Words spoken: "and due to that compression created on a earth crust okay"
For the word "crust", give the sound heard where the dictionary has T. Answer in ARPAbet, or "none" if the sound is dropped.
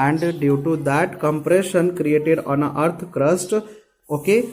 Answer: T